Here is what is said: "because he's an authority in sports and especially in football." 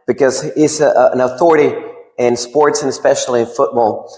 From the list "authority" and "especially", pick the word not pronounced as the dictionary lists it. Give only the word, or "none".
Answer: none